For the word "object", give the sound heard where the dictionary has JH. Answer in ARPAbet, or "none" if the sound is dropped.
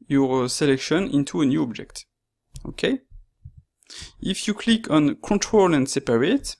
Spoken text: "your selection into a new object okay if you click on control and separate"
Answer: JH